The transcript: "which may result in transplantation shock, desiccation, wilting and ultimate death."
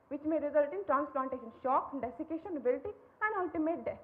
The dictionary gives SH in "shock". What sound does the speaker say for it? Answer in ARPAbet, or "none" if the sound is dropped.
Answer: SH